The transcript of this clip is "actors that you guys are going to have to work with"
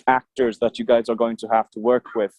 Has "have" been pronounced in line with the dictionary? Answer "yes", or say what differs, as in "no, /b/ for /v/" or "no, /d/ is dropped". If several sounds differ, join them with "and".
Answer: no, /f/ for /v/